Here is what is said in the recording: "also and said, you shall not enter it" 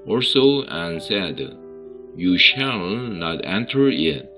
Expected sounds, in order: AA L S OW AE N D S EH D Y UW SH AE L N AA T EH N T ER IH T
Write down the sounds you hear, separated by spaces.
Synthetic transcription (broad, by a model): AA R S OW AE N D S EH D Y UW SH AE L N AA T EH N T ER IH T